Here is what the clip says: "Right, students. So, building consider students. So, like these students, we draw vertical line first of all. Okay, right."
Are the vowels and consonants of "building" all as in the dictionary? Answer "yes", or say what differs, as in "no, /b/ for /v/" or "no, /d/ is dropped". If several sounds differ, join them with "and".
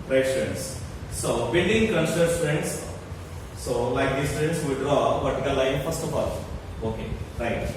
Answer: no, /n/ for /l/